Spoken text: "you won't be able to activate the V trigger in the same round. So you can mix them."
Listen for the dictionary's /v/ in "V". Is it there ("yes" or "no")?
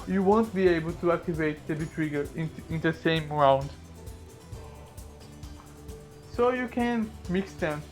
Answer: no